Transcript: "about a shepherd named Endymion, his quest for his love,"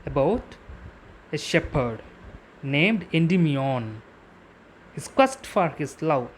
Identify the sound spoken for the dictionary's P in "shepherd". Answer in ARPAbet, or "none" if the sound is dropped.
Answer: P